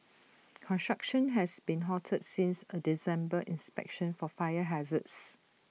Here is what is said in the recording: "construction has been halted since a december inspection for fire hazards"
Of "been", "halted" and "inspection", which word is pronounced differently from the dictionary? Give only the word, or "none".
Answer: halted